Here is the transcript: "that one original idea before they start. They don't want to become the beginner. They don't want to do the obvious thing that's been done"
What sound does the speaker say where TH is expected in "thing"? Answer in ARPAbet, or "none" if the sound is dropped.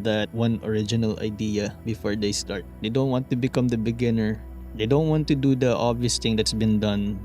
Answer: T